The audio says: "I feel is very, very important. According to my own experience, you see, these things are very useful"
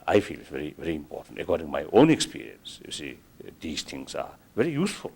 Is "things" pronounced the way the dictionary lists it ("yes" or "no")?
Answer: no